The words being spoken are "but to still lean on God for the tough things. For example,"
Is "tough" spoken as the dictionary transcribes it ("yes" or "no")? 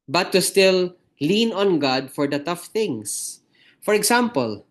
yes